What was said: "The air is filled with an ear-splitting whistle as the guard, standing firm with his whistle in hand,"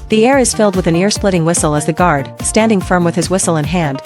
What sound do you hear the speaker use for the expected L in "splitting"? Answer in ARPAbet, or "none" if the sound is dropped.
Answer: L